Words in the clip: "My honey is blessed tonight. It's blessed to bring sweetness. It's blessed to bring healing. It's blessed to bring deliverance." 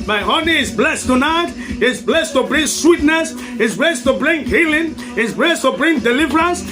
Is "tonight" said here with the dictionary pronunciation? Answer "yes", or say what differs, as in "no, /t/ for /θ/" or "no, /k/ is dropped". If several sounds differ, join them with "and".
yes